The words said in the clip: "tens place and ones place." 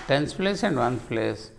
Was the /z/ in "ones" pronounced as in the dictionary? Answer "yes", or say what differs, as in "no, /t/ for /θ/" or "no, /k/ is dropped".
no, /z/ is dropped